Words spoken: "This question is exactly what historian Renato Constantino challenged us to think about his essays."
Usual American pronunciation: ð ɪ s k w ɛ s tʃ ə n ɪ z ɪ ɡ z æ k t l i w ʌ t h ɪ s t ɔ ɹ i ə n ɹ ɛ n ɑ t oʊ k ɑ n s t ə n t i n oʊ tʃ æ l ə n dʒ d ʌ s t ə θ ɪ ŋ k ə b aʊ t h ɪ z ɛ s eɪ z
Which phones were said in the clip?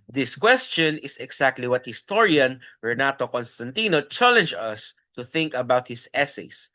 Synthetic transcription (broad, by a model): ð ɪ s k w ɛ s tʃ ə n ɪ s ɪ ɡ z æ k t l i w ʌ t h ɪ s t ɔ ɹ i ə n ɹ ɛ n ɑ t oʊ k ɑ n s t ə n t i n oʊ tʃ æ l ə n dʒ ʌ s t ə θ ɪ ŋ k ə b aʊ t h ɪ s ɛ s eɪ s